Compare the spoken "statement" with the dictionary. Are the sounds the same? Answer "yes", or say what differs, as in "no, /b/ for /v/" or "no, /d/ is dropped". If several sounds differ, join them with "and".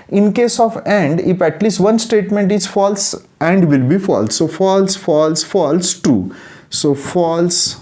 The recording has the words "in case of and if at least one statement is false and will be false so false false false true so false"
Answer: yes